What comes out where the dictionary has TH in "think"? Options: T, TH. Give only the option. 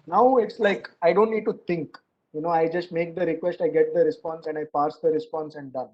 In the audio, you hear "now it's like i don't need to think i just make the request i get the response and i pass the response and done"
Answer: T